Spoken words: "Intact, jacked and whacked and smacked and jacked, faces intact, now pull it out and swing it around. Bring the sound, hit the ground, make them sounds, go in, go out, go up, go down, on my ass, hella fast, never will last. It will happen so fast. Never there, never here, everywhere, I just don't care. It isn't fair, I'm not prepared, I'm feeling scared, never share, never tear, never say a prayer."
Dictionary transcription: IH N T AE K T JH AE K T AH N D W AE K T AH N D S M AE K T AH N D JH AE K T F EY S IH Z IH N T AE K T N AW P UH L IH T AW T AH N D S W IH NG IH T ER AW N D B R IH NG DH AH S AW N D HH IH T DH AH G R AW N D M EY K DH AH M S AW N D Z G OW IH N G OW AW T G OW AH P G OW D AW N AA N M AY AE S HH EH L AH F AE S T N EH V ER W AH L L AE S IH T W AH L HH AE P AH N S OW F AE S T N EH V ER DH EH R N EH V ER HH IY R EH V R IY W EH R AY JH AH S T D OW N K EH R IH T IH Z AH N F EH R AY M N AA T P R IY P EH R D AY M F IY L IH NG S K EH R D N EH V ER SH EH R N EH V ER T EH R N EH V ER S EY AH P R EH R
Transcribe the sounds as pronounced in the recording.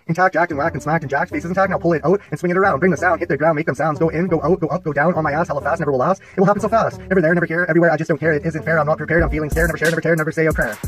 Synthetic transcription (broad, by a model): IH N T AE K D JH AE K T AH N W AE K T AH N S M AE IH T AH N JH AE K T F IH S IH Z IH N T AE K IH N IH P UH L IH T AW T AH N S W IH NG IH T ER AW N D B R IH NG DH AH S AW N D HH IH T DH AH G R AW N M EY K DH AH M S AW N D Z G OW IH N G OW AW T G OW AH P G OW D AW N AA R M AY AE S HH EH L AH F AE S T N EH V ER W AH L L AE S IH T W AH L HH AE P N S OW F AE S T N EH V ER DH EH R N EH V ER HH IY R EH V R IY W EH R AY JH AH S D OW N K EH R IH T IH Z AH N F EH R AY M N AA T P R IY P EH R D AY M F IY L IH NG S EH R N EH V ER SH EH R N EH V ER T EH R N EH V ER S EY AH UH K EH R